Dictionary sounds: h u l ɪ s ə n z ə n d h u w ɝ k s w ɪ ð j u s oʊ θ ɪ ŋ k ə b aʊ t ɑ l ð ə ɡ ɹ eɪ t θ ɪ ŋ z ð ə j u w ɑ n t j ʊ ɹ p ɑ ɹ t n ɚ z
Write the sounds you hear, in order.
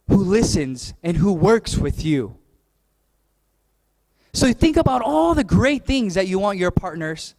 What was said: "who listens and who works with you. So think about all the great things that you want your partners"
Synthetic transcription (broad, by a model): h u l ɪ s ə n z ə n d h u w ɝ k s w ɪ ð j u s oʊ θ ɪ ŋ k ə b aʊ t ɑ l ð ə ɡ ɹ eɪ t θ ɪ ŋ z ð ə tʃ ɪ w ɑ n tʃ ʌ ɹ p ɑ ɹ t n ɚ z